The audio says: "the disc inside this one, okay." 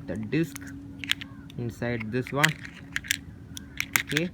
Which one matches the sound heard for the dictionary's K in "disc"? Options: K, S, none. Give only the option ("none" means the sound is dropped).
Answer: K